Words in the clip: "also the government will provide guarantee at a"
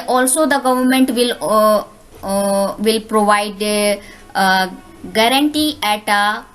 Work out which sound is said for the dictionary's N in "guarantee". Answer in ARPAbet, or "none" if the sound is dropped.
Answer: N